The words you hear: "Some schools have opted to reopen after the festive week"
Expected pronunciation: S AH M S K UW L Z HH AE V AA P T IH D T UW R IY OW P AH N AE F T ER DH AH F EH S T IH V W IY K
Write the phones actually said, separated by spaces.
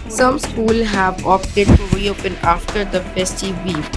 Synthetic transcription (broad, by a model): S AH M S K UW L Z HH AE V AA P T IH D T UW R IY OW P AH N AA F T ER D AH P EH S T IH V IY